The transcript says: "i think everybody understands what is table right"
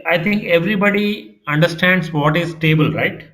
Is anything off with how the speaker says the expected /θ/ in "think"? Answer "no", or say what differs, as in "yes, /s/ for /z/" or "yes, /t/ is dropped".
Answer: yes, /t/ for /θ/